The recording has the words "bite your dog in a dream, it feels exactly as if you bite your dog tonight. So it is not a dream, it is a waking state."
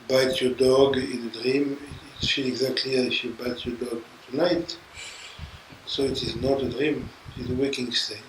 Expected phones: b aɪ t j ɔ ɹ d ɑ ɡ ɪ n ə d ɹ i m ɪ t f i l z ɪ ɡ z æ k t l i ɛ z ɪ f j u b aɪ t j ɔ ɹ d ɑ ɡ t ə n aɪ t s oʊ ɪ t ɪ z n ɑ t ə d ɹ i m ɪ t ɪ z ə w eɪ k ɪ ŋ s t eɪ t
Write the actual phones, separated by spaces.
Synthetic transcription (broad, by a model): b aɪ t j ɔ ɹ d ɑ ɡ ɪ n ə d ɹ i m ɪ t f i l ɪ ɡ z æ k t l i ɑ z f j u b aɪ t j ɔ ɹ d ɑ ɡ t ə n aɪ t s oʊ ɪ t ɪ z n ɑ t ə d ɹ i m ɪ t ɪ z ə w eɪ k ɪ ŋ s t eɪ